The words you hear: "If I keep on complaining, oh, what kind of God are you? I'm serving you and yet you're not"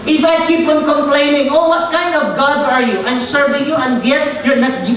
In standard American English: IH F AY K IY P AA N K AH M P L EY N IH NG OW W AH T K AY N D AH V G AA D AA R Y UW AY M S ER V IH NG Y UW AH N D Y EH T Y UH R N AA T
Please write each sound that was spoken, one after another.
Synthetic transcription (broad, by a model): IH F AY K IY P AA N K AH M P L EY N IH NG OW W AH T K AY N D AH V G AA D AA R Y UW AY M S ER V IH NG Y UW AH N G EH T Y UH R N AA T